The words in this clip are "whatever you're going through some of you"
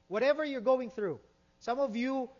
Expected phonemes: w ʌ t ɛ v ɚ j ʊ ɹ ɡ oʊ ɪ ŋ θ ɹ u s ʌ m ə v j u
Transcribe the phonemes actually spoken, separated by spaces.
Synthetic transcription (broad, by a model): w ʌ t ɛ v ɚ j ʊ ɹ ɡ oʊ ɪ ŋ θ ɹ u s ʌ m ə v j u